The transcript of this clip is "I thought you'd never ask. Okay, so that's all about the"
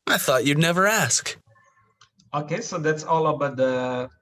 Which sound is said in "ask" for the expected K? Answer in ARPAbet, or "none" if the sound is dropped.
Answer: K